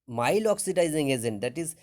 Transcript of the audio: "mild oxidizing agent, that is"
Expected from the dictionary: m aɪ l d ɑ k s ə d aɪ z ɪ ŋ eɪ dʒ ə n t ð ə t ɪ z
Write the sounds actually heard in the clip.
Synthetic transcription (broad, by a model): m aɪ l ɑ k s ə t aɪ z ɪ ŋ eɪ z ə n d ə t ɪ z